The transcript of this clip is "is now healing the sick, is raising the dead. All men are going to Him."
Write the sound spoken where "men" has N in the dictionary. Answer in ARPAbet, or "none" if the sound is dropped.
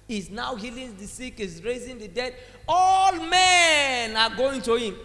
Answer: N